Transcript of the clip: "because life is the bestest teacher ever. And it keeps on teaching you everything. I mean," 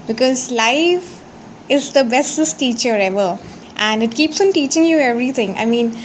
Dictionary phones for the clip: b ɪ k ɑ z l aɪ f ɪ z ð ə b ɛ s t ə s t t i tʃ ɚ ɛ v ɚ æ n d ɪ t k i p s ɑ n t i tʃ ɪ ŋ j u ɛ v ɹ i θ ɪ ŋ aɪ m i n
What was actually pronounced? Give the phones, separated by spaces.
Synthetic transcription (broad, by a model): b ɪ k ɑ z l aɪ f ɪ z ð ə b ɛ s t ə s t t i tʃ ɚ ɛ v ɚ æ n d ɪ t k i p s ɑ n t i tʃ ɪ ŋ j u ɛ v ɹ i t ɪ ŋ aɪ m i n